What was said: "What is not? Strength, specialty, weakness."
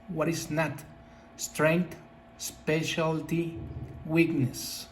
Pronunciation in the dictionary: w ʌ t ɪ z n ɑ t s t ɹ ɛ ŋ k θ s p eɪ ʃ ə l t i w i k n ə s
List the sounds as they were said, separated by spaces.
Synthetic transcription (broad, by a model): w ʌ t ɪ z n ɑ t s t ɹ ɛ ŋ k t s p eɪ ʃ ə l t i w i k n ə s